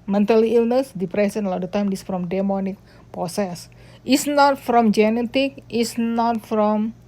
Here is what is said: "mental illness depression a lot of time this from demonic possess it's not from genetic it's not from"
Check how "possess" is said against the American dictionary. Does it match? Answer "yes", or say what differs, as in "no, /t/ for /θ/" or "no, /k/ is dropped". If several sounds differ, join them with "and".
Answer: no, /s/ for /z/